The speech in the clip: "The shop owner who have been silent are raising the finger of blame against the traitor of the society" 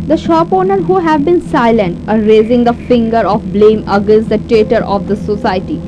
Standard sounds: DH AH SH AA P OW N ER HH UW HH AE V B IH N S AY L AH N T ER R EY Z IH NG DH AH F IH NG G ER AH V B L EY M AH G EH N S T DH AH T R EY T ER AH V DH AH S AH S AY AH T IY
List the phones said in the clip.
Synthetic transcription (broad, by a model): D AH SH AA P OW N ER HH UW HH AE V B IH N S AY L AH N T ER R EY Z IH NG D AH F IH NG G ER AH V B L EY M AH G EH N S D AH T EY T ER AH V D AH S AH S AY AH T IY